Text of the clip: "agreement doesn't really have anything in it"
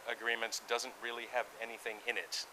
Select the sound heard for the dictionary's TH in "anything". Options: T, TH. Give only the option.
TH